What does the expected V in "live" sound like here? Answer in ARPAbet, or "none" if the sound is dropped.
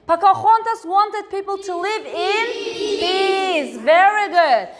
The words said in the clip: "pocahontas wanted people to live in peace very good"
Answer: V